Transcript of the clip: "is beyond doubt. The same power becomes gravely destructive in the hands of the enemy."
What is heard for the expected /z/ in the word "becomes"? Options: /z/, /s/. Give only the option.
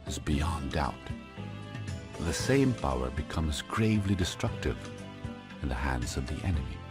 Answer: /z/